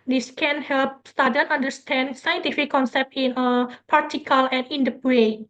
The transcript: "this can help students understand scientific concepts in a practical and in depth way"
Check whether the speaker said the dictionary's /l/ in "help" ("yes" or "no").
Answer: yes